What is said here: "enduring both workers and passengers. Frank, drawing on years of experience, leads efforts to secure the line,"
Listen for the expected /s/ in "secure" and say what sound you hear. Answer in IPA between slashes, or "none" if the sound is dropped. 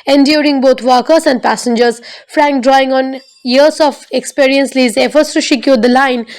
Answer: /ʃ/